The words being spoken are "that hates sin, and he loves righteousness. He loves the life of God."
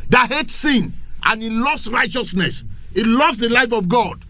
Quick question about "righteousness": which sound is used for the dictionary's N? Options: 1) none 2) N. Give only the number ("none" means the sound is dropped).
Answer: 2